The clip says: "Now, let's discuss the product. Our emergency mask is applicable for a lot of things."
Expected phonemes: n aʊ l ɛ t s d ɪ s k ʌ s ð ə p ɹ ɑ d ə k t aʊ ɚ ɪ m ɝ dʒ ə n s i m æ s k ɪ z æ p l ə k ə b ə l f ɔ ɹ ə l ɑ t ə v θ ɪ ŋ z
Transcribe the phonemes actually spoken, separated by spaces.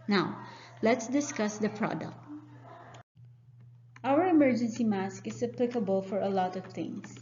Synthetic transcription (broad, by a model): n aʊ l ɛ t s d ɪ s k ʌ s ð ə p ɹ ɑ d ə k t aʊ ɚ ɪ m ɝ dʒ ə n s i m æ s k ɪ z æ p l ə k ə b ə l f ɔ ɹ ə l ɑ t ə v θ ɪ ŋ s